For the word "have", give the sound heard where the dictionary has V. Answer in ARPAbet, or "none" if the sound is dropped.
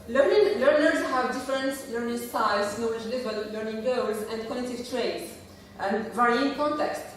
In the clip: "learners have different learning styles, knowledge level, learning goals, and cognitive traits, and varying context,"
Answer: V